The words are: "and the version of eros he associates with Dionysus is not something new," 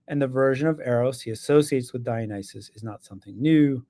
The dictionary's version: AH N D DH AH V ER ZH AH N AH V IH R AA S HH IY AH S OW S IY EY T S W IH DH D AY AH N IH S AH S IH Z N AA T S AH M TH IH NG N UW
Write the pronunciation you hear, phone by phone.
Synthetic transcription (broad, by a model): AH N DH AH V ER ZH AH N AH V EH R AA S HH IY AH S OW S IY EY T S W IH DH D AY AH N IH S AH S IH Z N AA T S AH M TH IH NG N UW